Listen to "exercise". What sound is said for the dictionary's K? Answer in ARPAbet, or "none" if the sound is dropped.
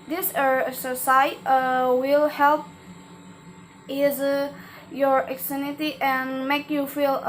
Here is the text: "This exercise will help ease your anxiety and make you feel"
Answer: none